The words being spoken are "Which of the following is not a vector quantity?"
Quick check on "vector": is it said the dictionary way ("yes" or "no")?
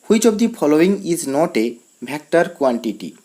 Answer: no